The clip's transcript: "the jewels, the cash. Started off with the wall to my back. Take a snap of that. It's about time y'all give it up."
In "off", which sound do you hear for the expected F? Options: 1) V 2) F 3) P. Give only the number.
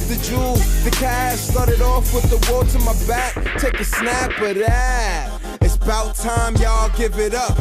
2